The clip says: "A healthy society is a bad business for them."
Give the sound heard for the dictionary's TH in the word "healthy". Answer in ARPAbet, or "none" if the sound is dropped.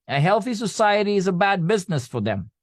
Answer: TH